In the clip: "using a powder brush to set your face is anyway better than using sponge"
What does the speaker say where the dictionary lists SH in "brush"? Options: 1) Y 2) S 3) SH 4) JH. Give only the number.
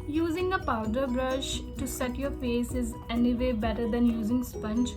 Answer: 3